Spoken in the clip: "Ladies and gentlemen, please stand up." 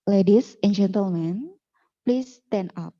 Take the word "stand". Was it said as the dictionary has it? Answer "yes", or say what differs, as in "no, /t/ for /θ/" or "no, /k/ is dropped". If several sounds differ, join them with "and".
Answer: no, /d/ is dropped